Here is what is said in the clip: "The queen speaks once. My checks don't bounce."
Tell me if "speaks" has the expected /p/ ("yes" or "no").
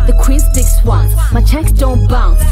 no